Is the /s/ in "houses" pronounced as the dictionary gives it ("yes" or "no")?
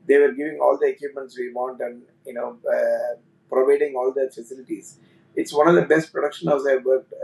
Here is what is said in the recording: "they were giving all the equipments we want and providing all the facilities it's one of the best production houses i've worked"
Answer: no